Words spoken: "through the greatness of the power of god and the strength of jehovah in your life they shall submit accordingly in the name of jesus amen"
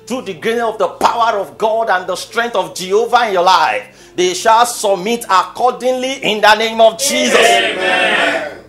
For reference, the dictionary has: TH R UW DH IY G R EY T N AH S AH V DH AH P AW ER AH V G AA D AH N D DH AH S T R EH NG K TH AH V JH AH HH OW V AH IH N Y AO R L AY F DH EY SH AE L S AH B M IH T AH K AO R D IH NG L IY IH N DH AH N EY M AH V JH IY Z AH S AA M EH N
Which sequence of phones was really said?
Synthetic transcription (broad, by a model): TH R UW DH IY G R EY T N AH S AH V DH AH P AW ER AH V G AA D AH N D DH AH S T R EH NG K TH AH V JH AH HH OW V AH IH N Y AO L AY F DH EY SH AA L S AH B M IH T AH K AO D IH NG L IY IH N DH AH N EY M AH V JH IY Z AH S